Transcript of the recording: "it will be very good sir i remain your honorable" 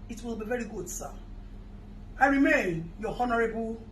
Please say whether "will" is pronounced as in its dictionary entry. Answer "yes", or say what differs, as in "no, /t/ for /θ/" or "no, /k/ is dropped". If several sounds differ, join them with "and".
yes